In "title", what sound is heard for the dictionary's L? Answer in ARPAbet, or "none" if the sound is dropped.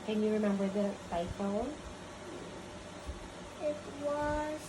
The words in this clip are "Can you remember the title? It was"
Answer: N